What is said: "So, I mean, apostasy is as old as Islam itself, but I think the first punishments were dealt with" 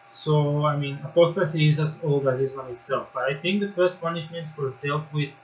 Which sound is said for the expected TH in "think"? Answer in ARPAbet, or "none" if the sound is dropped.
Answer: TH